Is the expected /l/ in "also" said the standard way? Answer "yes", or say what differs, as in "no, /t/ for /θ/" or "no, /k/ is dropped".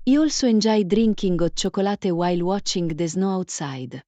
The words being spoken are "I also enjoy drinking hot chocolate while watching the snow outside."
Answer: yes